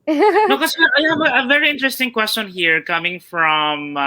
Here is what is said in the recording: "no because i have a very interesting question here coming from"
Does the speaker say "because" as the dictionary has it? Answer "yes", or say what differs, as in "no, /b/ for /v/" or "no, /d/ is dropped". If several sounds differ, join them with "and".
no, /z/ is dropped